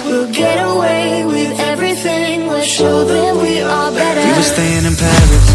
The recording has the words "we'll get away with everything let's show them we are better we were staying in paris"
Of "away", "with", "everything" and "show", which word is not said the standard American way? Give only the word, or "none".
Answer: none